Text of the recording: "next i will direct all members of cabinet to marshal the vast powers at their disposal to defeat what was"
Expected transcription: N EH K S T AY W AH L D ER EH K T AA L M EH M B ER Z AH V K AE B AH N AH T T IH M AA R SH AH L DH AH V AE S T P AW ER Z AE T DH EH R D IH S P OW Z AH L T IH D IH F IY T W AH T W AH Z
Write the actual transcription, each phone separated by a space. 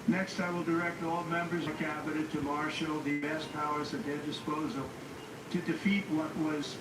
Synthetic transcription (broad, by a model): N EH K S T AY W AH L D ER EH K T AA L M EH M B ER Z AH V K AE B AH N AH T T IH M AA R SH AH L DH AH B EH S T P AW ER Z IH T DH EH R D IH S P OW Z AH L T IH D IH F IY T W AH T W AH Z